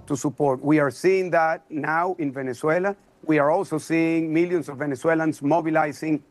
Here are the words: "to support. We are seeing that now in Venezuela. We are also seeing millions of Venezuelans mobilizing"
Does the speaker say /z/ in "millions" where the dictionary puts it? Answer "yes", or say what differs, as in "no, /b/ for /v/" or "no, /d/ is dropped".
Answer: no, /s/ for /z/